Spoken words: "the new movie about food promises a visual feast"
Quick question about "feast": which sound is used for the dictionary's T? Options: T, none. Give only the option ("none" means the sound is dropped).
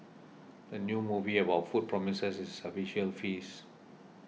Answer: none